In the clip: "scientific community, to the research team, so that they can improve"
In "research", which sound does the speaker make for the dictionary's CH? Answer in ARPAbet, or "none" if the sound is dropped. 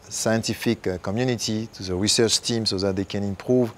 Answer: CH